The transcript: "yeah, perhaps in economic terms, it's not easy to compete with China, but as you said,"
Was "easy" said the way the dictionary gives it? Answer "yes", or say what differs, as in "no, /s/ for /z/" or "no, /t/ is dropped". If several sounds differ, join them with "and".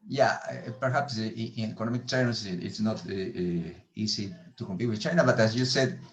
no, /s/ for /z/